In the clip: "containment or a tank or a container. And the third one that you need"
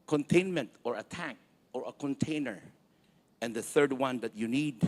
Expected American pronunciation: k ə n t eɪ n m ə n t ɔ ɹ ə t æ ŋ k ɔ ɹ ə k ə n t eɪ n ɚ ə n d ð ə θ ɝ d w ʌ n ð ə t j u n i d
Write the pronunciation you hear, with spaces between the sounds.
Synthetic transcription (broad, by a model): k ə n t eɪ n m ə n t ɔ ɹ ə t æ k ɔ ɹ ə k ə n t eɪ n ɚ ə n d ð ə θ ɝ d w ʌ n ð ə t j u n i d